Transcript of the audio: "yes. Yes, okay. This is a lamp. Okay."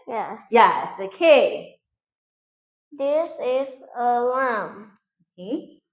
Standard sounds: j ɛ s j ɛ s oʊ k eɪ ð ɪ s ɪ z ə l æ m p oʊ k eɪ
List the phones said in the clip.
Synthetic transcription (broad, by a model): j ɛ s j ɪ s oʊ k eɪ ð ɪ s ɪ z ə l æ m oʊ k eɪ